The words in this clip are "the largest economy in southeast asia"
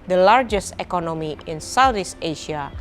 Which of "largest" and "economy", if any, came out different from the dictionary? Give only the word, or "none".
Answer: none